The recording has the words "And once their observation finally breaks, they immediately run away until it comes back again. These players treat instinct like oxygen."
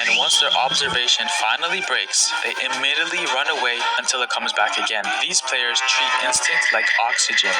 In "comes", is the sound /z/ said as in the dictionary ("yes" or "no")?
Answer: yes